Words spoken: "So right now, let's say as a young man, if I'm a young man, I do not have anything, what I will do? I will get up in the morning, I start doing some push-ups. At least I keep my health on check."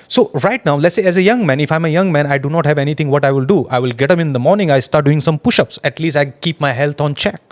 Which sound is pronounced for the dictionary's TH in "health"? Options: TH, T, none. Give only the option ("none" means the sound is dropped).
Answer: T